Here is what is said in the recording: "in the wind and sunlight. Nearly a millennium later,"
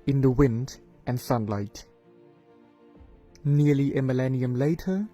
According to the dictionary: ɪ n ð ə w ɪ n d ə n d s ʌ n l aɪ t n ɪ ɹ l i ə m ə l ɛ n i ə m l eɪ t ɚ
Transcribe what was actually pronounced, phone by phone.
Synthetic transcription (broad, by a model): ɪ n ð ə w ɪ n d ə n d s ʌ n l aɪ t n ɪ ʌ l i ə m ə l ɛ n i ə m l eɪ t ɚ